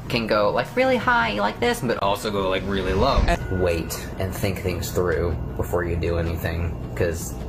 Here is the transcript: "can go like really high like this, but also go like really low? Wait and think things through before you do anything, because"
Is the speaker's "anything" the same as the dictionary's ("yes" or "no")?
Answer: yes